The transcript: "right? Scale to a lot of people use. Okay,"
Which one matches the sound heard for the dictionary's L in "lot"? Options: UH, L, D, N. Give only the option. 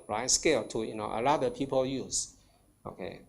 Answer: N